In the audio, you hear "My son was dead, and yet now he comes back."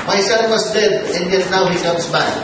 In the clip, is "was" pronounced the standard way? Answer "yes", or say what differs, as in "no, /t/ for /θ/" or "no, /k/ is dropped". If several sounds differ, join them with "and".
no, /s/ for /z/